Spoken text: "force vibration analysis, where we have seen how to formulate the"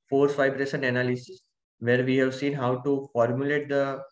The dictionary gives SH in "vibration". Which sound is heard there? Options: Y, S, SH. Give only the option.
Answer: S